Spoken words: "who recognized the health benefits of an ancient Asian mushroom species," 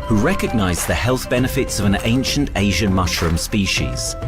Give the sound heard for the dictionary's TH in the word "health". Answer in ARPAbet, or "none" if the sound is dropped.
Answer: TH